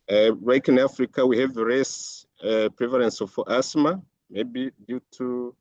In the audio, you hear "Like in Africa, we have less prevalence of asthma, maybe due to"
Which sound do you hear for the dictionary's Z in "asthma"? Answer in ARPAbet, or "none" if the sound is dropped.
S